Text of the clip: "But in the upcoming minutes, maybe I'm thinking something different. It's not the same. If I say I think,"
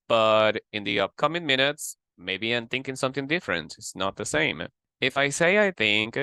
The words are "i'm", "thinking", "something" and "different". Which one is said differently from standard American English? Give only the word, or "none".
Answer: none